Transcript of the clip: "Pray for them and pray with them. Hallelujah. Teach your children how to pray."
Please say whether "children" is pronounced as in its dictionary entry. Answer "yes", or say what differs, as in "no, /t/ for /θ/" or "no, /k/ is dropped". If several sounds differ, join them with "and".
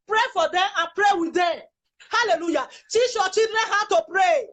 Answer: no, /l/ is dropped